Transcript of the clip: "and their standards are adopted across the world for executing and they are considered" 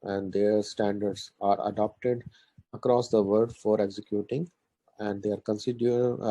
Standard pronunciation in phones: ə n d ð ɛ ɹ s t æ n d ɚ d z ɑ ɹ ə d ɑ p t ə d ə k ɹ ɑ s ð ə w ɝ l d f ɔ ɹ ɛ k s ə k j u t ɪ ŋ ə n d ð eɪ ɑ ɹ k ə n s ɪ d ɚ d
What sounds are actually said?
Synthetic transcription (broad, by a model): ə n d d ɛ ɹ s t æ n d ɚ d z ɑ ɹ ə d ɑ p t ə d ə k ɹ ɑ s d ə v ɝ d f ɔ ɹ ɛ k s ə k j u t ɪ ŋ ə n d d eɪ ɑ ɹ k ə n s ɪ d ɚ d